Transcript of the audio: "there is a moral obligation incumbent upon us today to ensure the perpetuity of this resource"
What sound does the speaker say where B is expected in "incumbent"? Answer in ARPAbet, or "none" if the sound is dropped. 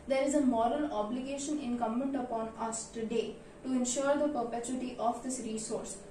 none